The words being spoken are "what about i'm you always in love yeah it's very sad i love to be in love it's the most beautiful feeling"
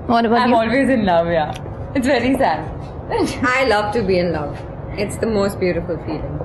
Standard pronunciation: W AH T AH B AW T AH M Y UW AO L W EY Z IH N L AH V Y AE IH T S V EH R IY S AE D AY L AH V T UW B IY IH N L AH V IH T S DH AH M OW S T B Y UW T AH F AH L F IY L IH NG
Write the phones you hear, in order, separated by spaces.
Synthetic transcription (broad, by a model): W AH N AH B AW AH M AO L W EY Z IH N L AH V Y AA IH T S V EH R IY S AE D AY L AH V T UW B IY IH N L AH V IH T S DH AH M OW S T B Y UW T AH F AH L F IY L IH NG